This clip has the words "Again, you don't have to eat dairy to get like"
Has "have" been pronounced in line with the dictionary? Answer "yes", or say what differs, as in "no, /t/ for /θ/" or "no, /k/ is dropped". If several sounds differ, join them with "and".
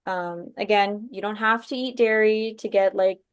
no, /f/ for /v/